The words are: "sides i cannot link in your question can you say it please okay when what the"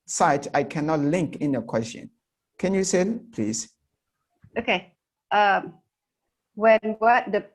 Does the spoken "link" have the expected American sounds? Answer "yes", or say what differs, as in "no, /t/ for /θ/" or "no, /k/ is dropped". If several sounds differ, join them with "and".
yes